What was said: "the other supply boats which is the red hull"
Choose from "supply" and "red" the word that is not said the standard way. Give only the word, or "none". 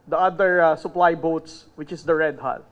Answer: none